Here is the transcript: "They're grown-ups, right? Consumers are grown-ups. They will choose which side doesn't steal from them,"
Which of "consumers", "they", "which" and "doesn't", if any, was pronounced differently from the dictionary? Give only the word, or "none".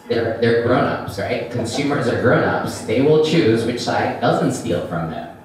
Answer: none